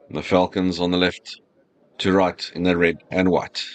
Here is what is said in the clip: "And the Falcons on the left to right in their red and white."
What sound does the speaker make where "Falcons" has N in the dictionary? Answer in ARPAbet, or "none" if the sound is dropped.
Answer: N